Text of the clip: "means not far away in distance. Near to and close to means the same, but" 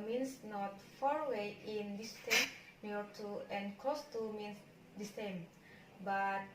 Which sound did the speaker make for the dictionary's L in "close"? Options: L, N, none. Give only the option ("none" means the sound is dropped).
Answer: none